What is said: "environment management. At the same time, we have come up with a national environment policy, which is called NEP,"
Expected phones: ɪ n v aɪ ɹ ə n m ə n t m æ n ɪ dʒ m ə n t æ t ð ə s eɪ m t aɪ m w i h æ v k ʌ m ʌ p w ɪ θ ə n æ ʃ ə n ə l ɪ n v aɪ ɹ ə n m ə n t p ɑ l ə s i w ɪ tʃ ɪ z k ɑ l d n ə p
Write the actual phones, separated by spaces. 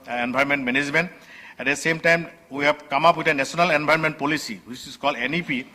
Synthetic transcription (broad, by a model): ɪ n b aɪ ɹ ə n m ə n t m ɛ n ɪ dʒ m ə n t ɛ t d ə s eɪ m t aɪ m w i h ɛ b k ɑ m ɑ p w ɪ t ə n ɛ s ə n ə l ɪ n b aɪ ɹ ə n m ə n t p ɑ l ə s i w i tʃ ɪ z k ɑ l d n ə p